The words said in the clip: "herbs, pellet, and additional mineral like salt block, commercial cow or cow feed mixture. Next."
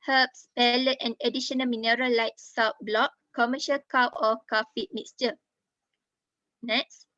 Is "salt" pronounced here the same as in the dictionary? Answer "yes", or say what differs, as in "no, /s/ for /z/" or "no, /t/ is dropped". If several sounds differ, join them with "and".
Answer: no, /w/ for /l/